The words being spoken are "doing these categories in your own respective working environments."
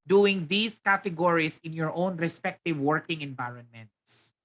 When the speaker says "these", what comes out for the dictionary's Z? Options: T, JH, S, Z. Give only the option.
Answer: S